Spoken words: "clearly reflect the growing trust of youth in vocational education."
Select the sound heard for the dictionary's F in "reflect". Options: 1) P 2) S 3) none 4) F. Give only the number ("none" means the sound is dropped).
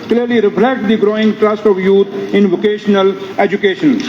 1